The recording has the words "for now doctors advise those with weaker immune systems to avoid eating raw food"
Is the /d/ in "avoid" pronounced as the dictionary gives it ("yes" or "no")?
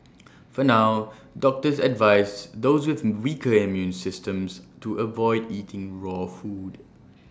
yes